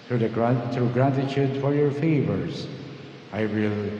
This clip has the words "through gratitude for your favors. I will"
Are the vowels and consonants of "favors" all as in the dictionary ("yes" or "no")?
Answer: yes